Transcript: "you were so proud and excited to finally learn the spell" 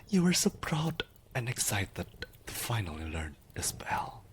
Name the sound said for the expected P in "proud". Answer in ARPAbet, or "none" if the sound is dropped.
P